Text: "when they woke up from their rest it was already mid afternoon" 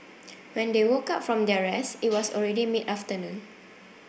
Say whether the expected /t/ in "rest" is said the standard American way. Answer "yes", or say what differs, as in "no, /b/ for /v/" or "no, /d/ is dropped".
no, /t/ is dropped